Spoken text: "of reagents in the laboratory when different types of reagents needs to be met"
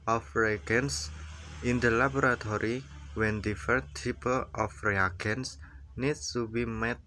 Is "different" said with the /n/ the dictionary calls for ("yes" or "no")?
no